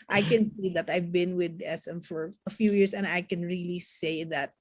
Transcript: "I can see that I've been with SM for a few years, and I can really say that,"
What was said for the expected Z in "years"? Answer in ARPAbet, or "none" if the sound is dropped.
S